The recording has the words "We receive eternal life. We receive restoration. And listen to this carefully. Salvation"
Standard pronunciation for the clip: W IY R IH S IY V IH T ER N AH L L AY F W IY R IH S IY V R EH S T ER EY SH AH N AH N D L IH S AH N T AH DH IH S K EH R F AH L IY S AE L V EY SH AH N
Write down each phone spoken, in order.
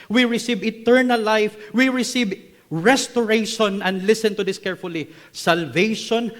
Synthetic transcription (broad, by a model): W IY R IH S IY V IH T ER N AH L L AY F W IY R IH S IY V R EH S T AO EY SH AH N AH N D L IH S AH N T AH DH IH S K EH R F AH L IY S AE L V EY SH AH N